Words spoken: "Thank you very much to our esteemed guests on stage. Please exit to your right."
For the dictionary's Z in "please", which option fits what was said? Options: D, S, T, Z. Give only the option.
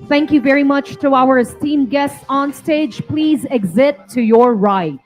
Z